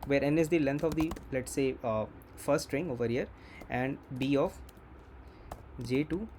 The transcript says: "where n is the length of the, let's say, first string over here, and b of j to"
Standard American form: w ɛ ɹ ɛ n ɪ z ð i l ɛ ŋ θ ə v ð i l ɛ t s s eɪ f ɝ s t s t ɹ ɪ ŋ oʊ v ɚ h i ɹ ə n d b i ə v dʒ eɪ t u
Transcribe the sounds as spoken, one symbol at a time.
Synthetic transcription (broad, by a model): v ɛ ɹ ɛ n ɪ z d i l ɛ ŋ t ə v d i l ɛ t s s eɪ f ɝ t s t ɹ ɪ ŋ oʊ v ɚ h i ɹ ə n d b i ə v dʒ eɪ t u